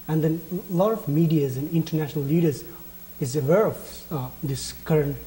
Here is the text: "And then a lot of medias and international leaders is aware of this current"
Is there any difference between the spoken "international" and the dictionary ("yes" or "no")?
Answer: no